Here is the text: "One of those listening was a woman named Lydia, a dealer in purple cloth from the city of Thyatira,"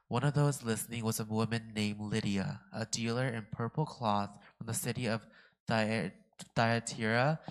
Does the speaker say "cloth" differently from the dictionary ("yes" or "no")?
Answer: no